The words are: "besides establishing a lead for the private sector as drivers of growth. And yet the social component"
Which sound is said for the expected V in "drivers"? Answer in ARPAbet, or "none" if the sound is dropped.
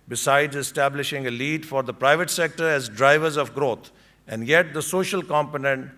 V